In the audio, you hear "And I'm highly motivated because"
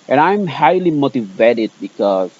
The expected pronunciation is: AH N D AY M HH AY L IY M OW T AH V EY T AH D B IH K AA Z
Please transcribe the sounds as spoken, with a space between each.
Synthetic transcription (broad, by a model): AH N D AY M HH AY L IY M OW T AH V EY T AH D B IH K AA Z